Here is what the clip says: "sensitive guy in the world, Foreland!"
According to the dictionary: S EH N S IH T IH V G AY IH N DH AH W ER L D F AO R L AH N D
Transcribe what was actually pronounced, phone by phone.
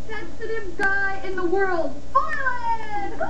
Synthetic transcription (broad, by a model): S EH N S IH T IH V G AY IH N DH AH W ER L D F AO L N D